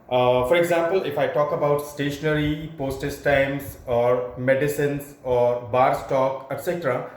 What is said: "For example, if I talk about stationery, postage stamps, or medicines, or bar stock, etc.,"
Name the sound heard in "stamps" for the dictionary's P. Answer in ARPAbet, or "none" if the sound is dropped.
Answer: none